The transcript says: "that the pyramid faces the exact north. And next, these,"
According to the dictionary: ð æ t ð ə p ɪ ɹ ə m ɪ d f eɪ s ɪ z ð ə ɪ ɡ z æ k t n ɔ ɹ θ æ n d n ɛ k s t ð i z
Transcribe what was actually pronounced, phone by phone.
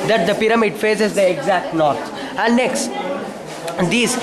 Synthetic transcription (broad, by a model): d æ t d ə p ɪ ɹ ə m ɪ d f eɪ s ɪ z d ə ɪ ɡ z æ k t n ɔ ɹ s æ n d n ɛ k s t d i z